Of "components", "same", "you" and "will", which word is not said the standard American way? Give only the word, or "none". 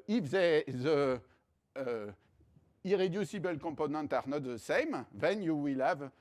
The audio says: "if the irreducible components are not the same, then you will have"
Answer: components